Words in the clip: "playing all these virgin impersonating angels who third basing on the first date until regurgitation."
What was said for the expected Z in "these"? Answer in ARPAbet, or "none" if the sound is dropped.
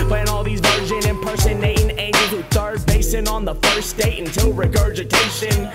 Z